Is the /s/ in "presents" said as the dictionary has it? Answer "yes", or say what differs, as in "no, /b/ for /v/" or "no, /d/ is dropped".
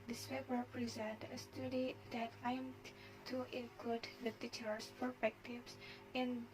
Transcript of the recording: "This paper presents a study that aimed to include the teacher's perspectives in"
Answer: no, /s/ is dropped